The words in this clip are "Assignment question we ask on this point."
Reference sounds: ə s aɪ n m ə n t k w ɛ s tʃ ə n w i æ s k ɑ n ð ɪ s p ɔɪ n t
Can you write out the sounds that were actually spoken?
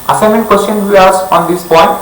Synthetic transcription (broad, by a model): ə s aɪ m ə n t k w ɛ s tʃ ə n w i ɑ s ɑ n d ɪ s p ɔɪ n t